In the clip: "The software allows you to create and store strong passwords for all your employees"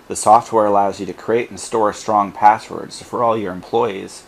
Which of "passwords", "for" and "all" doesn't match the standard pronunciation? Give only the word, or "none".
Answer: none